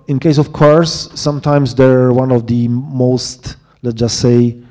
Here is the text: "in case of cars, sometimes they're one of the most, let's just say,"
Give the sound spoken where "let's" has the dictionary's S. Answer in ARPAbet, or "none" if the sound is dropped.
none